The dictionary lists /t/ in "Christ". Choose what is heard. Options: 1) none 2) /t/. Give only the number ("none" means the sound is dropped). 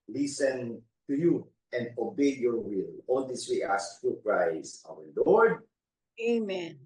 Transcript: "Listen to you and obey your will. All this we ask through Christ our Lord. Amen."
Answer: 1